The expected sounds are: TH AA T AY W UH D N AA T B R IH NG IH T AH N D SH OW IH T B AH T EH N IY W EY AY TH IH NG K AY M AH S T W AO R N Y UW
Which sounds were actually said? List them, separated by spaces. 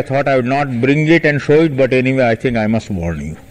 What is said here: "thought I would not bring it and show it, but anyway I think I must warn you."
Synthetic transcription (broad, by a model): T AA T AY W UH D N AA T B R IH NG IH T AH N D SH OW IH T B AH T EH N IY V EY AY T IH NG K AY M AH S T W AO R N Y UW